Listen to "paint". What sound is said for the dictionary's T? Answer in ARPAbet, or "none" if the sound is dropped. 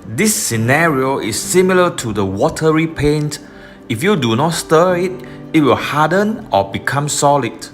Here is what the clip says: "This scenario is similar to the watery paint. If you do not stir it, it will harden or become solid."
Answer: T